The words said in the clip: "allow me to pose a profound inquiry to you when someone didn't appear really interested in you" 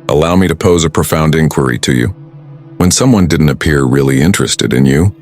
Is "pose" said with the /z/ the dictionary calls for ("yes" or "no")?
yes